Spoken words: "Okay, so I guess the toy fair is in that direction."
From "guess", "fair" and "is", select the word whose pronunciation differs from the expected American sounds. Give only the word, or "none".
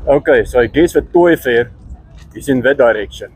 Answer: is